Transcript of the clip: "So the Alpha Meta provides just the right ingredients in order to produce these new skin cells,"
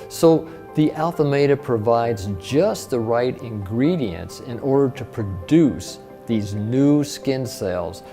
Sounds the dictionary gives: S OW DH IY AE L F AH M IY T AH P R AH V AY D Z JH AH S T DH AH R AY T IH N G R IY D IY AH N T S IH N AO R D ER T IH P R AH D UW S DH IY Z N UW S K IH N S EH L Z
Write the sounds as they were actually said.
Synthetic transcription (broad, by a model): S OW DH IY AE L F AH M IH T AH P R AH V AY D Z JH AH S T DH AH R AY T IH N G R IY D IY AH N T S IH N AO R D ER T IH P R AH D UW S DH IY Z N UW S K IH N S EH L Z